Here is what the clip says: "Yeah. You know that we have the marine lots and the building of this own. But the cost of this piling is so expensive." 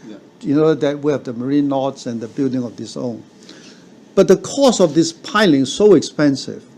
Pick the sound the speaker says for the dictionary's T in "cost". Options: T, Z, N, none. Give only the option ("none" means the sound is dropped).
none